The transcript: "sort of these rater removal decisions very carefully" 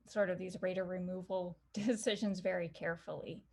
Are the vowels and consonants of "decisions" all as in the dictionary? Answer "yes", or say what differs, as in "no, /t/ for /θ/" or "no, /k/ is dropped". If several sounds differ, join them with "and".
yes